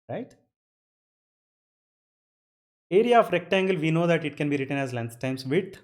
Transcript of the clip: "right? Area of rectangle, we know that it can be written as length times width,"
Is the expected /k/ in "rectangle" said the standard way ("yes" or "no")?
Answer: yes